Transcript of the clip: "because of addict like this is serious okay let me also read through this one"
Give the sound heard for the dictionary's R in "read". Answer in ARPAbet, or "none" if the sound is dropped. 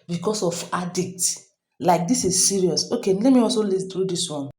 L